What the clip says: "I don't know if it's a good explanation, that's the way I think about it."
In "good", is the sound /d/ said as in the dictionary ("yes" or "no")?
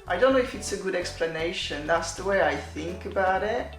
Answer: yes